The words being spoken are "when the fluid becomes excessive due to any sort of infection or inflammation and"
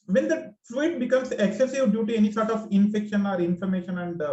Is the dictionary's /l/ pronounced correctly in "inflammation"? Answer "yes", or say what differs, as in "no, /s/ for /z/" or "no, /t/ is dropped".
no, /l/ is dropped